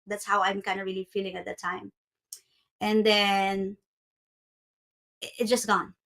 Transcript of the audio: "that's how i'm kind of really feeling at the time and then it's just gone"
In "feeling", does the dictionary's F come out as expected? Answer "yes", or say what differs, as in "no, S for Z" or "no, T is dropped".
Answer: yes